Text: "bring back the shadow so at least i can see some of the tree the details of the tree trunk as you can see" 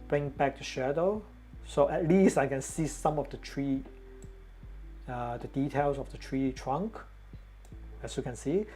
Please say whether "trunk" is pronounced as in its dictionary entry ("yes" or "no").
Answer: yes